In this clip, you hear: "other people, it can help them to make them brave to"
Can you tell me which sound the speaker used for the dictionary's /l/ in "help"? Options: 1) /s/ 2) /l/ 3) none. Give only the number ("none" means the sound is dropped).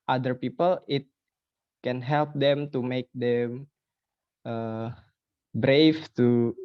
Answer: 2